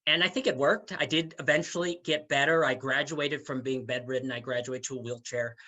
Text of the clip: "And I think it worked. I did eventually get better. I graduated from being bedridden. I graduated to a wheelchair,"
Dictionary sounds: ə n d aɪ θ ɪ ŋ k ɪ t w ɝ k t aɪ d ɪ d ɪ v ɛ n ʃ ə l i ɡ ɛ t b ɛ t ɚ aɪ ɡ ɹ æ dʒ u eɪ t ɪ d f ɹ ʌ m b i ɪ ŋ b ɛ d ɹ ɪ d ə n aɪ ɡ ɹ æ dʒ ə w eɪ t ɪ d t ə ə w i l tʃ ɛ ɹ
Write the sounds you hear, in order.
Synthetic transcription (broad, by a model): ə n aɪ θ ɪ ŋ k ɪ t w ɝ k t aɪ d ɪ d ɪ v ɛ n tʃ l i ɡ ɛ t b ɛ t ɚ aɪ ɡ ɹ æ dʒ u eɪ t ɪ d f ɹ ʌ m b i ɪ ŋ b ɛ d ɹ ɪ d n aɪ ɡ ɹ æ dʒ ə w eɪ ɪ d t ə ə w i l tʃ ɛ ɹ